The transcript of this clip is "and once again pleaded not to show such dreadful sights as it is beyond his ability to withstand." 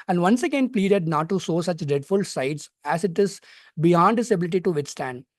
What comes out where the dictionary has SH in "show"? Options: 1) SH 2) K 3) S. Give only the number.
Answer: 3